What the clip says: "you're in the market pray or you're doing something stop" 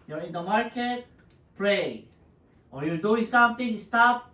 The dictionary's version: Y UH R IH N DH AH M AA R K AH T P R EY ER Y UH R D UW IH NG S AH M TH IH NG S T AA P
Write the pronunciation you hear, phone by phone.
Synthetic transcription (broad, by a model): Y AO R IH N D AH M AA R K AH T P R EY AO Y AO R D UW IH NG S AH M T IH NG S T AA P